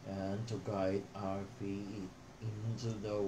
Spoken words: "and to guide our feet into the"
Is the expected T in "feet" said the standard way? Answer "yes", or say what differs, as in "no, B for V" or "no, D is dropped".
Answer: no, T is dropped